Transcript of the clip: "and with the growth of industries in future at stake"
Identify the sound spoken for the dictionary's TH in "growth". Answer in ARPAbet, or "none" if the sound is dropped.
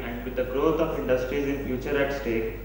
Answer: T